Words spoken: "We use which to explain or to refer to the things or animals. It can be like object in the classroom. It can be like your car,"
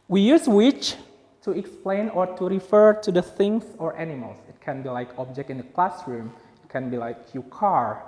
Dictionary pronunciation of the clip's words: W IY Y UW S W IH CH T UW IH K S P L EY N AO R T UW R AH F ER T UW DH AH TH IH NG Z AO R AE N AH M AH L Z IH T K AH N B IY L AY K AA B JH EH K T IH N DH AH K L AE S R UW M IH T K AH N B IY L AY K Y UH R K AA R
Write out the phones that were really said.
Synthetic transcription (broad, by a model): W IY Y UW S W IH CH T UW IH K S P L EY N AO R T UW R AH F ER T UW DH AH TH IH NG S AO R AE N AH M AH L S IH T K AH N B IY L AY K AA B JH EH K T IH N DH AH K L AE S R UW M IH T K AH N B IY L AY K Y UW K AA R